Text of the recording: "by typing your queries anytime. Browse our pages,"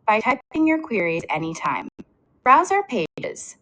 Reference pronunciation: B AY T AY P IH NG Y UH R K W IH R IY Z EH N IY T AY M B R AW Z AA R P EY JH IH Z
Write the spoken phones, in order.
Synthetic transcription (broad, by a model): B AY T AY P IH NG Y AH R K W IH R IY Z EH N IY T AY M B R AW Z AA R P EY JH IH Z